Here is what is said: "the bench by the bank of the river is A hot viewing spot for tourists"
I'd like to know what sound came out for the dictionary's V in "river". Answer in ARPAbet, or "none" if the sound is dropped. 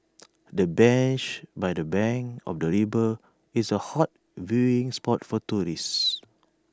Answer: B